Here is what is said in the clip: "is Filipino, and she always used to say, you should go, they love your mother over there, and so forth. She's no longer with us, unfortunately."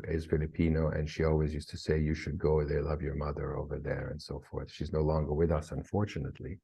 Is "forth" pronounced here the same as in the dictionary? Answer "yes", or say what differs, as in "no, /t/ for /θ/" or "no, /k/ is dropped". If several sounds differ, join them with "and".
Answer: yes